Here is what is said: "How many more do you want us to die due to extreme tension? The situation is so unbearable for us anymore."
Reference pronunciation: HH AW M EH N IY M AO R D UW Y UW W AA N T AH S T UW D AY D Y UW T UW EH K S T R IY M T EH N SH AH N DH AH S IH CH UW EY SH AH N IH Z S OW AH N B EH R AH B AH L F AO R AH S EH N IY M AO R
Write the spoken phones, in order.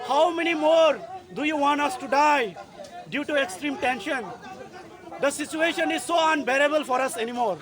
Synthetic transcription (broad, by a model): HH AW M EH N IY M AO R D UW Y UW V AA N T AH S T UW D AY D Y UW T UW EH K S T R IY M T EH N SH AH N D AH S IH CH UW EY SH AH N IH Z S OW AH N B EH R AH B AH L F AO R AH S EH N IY M AO R